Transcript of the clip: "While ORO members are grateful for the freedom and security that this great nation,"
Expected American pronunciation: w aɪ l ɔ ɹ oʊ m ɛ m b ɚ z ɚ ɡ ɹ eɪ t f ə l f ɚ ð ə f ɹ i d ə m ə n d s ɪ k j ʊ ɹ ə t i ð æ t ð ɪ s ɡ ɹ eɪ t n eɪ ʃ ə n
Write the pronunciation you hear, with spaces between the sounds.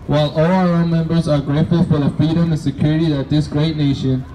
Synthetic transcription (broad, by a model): w aɪ l ɔ l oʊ m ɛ m b ɚ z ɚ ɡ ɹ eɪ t ə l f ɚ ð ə f ɹ i d ə m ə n s ɪ k j ʊ ɹ ə t i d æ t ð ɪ s ɡ ɹ eɪ t n eɪ ʃ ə n